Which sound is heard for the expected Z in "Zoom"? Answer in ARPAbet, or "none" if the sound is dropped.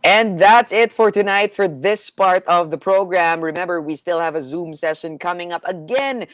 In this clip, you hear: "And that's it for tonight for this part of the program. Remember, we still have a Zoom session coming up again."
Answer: Z